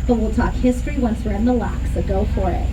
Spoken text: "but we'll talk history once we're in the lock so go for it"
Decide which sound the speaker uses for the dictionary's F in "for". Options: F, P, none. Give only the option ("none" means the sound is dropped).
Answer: F